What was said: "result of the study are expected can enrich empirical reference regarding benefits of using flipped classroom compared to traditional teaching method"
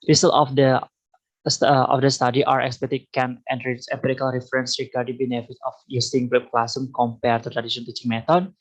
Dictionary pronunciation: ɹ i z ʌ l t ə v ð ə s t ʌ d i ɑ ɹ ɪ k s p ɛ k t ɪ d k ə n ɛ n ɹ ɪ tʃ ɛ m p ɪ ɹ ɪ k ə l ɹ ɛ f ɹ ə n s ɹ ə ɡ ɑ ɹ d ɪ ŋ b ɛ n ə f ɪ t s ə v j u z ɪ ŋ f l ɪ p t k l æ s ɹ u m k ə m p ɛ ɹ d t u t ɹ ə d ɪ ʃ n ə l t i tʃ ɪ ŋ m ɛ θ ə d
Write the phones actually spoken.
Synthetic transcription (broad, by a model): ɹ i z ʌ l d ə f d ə s t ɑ d i ɑ ɹ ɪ k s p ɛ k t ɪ k ə n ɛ n ɹ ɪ s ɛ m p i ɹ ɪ k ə l ɹ ɛ f ɹ ə n s ɹ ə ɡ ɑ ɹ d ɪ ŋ b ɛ n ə f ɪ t ə f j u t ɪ ŋ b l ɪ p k l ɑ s u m k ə m p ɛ ɹ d t u t ɹ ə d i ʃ ə n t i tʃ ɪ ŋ m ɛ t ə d